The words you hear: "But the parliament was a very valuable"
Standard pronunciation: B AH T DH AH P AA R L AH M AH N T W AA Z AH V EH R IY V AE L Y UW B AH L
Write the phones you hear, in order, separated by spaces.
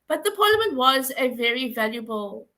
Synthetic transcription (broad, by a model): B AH T DH AH P AA L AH M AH N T W AA Z AH V EH R IY V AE L Y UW B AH L